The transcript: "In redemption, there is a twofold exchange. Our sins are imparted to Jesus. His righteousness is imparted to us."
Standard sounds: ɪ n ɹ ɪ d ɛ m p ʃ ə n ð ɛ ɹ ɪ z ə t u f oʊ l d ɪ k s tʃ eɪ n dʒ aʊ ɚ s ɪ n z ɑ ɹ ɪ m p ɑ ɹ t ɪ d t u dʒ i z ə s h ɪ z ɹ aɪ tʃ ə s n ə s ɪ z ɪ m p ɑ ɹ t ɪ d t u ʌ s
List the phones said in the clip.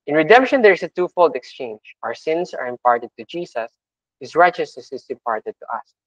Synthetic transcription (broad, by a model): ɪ n ɹ ɪ d ɛ m p ʃ ə n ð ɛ ɹ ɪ s ə t u f oʊ l d ɪ k s tʃ eɪ n dʒ aʊ ɚ s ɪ n s ɑ ɹ ɪ m p ɑ ɹ t ɪ d t u dʒ i s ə s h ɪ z ɹ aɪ tʃ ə s ə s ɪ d ɪ m p ɑ ɹ t ɪ d t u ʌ s